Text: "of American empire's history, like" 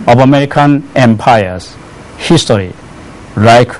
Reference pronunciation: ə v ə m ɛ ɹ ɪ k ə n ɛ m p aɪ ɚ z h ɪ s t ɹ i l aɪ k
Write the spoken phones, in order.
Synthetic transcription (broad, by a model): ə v ə m ɛ ɹ ɪ k ə n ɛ m p aɪ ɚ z h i s t ɹ i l aɪ k